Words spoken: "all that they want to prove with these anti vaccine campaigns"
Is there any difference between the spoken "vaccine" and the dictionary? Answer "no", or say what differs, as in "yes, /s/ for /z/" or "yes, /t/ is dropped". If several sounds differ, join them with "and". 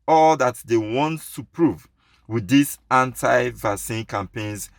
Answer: yes, /k/ is dropped